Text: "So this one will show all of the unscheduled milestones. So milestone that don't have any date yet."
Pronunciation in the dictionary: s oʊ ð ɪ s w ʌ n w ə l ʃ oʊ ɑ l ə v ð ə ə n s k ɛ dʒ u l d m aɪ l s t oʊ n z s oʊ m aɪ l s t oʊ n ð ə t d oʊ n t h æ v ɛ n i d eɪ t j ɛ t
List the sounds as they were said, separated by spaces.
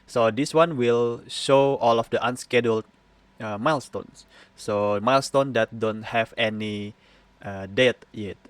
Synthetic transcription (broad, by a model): s oʊ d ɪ s w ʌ n w ə l ʃ oʊ ɑ l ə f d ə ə n s k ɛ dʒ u l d m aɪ l s t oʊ n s s oʊ m aɪ l s t oʊ n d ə t d oʊ n t h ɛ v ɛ n i d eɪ t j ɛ t